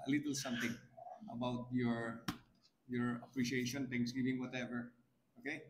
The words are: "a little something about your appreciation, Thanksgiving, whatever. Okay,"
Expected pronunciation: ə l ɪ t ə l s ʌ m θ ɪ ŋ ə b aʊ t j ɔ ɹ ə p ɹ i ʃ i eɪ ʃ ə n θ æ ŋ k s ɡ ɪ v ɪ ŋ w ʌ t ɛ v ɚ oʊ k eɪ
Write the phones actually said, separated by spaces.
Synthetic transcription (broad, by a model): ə l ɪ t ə l s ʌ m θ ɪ ŋ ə b aʊ t j ɔ ɹ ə p ɹ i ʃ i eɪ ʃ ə n t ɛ ŋ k s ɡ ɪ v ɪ ŋ w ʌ t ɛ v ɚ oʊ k eɪ